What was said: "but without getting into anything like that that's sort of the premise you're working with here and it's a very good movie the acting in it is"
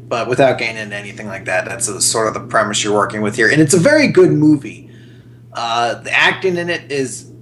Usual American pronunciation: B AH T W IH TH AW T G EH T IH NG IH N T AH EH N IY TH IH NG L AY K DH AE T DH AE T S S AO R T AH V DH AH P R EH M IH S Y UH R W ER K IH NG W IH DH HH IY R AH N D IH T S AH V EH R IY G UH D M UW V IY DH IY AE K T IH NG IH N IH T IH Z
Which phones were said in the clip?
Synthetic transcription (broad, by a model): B AH T W IH TH AW T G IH IH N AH EH N IY TH IH NG L AY K DH AE T DH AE T S S AO R T AH V DH AH P R EH M IH S Y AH R W ER K IH NG W IH DH HH IY R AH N IH T S AH V EH R IY G UH D M UW V IY DH IY AE K T IH NG IH N IH T IH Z